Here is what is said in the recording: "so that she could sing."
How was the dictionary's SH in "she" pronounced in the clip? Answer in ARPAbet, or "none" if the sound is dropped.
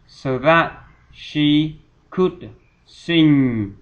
SH